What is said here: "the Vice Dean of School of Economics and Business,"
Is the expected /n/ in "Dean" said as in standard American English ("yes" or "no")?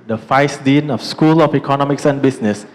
yes